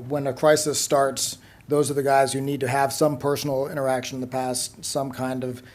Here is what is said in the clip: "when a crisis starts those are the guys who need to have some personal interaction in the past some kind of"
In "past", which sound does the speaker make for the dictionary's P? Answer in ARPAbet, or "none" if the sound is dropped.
P